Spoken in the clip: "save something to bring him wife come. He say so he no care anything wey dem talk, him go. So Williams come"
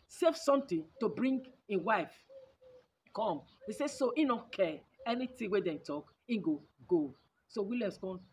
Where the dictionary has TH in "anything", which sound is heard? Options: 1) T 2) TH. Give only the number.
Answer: 1